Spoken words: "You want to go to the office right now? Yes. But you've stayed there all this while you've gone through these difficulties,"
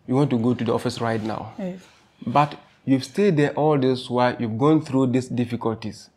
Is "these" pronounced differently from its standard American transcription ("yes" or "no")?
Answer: yes